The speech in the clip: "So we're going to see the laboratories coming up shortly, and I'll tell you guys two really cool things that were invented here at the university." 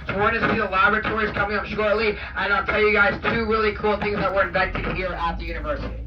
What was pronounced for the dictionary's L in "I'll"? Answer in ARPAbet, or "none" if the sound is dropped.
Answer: L